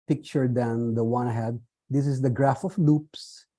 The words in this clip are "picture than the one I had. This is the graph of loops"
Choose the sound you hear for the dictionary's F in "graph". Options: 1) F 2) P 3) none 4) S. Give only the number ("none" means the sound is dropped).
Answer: 1